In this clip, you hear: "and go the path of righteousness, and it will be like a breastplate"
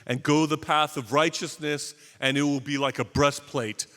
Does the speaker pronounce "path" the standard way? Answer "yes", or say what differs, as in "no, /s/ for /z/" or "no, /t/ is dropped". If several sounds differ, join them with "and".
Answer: yes